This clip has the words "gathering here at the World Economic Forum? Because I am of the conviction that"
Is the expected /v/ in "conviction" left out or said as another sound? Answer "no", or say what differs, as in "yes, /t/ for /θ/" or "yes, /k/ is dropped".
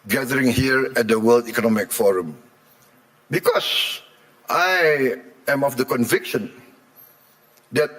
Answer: no